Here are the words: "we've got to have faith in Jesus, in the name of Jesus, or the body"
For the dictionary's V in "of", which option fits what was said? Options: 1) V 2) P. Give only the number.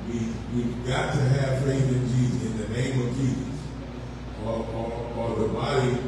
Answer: 1